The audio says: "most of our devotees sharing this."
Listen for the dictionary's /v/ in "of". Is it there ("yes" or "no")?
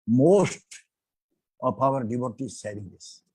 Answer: no